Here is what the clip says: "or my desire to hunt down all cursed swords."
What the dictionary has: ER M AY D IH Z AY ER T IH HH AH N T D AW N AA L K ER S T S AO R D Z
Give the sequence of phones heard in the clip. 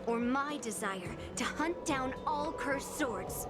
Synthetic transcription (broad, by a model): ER M AY D IH Z AY ER T IH HH AH N D AW N AA L K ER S S AO R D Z